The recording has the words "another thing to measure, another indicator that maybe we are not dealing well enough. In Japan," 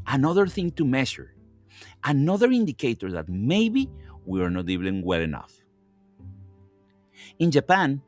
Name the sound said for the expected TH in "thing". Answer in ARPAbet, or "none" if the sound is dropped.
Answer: TH